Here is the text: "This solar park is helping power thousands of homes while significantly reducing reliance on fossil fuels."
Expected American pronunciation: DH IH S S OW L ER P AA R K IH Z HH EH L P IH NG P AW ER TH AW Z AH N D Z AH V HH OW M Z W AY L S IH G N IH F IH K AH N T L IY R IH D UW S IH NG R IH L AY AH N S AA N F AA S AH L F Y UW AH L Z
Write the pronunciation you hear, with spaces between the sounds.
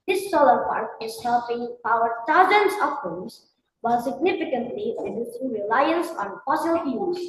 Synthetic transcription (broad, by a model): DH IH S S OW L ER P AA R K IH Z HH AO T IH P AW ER T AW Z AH N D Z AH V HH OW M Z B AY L S IH G N IH F IH K AH N T L IY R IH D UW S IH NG R IH L AY AH N S AA N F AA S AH L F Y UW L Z